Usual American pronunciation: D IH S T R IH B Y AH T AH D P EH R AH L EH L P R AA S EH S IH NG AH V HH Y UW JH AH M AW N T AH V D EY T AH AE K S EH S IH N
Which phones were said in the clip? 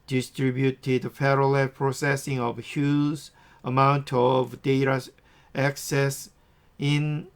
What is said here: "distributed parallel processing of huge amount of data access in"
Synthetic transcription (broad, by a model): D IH S T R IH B Y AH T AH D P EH R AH L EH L P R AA S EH S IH NG AH V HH Y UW Z AH M AW N T AH V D EY T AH AE K S EH S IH N